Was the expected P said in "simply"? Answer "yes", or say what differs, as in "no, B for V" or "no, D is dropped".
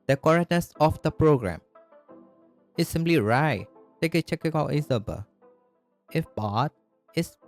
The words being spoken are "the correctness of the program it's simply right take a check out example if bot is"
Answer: yes